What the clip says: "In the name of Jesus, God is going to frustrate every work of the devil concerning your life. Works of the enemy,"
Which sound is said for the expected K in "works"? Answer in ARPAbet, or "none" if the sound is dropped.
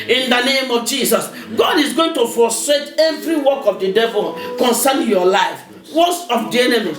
none